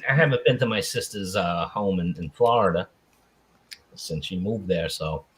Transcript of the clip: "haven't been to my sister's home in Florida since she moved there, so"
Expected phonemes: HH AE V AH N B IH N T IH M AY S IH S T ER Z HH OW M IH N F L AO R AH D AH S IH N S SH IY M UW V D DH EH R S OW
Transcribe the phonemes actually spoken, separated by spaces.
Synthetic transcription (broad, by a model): HH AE V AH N B IH N T IH M AY S IH S T ER Z HH OW M IH N F L AO R AH D AH S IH N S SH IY M UW V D DH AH R S OW